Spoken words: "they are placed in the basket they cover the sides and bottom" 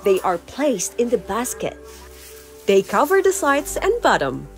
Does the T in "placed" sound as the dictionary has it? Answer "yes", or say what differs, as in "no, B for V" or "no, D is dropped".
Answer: yes